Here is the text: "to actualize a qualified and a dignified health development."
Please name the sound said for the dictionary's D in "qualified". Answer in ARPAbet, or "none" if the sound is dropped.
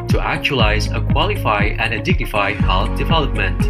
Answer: none